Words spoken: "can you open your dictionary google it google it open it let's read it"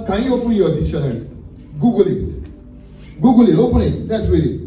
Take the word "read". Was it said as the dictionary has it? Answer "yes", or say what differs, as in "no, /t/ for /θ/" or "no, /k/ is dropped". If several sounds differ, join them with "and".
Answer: no, /w/ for /ɹ/